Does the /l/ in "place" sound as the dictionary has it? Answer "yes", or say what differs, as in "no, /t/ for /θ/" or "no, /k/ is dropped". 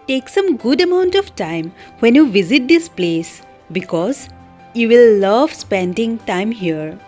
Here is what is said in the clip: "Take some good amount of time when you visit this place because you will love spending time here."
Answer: yes